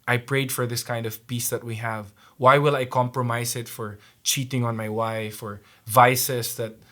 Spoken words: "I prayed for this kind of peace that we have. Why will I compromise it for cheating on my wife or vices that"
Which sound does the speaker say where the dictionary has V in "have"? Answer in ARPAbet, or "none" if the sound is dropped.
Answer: V